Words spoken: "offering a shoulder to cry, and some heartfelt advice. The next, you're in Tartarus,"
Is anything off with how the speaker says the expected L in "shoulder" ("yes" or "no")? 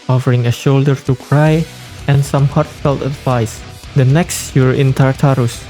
no